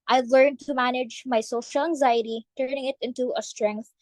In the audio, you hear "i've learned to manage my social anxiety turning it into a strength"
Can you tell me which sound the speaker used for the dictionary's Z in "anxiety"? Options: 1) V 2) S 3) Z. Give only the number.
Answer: 3